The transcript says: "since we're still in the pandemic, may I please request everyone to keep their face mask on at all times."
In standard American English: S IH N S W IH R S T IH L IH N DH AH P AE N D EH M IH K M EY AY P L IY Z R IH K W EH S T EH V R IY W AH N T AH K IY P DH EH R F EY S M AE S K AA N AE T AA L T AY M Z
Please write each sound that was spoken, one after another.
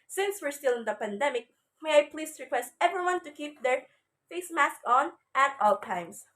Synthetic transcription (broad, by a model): S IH N S W IH R S T IH L IH N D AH P AE N D EH M IH K M EY AY P L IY S R IH K W EH S T EH V R IY W AH N T AH K IY P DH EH R F EY S M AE S K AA N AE T AA L T AY M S